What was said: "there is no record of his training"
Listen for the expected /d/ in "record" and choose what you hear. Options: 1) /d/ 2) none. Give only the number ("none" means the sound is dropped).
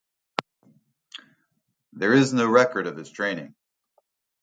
1